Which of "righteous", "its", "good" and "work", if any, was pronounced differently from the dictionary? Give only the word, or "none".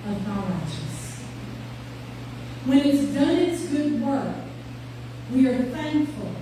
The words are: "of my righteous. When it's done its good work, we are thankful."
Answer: righteous